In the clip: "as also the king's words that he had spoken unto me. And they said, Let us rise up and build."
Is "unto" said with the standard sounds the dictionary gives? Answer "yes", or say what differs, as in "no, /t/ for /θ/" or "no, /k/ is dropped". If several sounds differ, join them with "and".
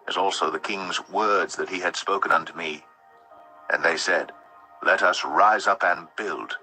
yes